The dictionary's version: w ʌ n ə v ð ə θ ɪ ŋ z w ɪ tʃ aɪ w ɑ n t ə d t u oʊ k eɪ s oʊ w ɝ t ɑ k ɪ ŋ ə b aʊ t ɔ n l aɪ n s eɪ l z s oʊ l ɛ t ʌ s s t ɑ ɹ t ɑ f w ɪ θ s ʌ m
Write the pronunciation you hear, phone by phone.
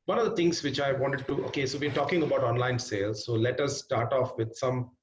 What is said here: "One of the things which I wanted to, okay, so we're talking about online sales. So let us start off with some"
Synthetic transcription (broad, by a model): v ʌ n ə v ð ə t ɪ ŋ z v ɪ tʃ aɪ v ɑ n t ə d t u oʊ k eɪ s oʊ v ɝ t ɑ k ɪ ŋ ə b aʊ t ɔ n l aɪ n s eɪ l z s oʊ l ɛ t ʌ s s t ɑ ɹ t ɑ f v ɪ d s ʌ m